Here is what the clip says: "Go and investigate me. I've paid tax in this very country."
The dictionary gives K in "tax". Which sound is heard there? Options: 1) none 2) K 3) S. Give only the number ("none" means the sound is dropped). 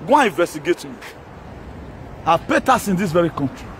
1